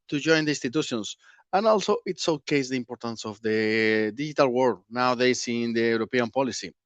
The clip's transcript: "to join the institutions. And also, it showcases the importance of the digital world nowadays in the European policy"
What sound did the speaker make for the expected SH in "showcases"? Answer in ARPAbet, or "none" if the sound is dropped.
S